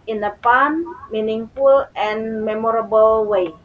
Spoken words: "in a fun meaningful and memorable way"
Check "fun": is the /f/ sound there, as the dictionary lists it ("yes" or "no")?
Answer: no